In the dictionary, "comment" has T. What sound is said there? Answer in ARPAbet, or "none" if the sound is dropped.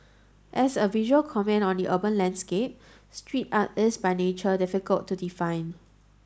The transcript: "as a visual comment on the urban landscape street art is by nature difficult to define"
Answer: none